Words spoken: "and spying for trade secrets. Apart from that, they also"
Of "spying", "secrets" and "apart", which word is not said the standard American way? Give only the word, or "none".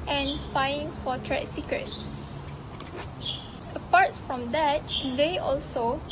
none